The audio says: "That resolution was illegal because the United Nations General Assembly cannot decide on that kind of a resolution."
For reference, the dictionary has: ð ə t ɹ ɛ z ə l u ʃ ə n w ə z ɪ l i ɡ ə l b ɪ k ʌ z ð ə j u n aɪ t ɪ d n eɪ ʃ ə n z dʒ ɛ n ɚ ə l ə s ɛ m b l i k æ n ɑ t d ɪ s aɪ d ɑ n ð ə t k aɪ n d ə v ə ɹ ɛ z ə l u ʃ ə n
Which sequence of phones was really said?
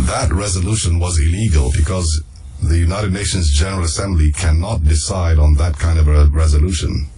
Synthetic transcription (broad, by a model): ð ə t ɹ ɛ z ə l u ʃ ə n w ə z ɪ l i ɡ ə l b ɪ k ʌ z ð ə j u n aɪ t ɪ d n eɪ ʃ ə n z dʒ ɛ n ɚ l ə s ɛ m b l i k æ n ɑ t d ɪ s aɪ d n ð ə t k aɪ n d ə v ə ɹ ɛ z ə l u ʃ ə n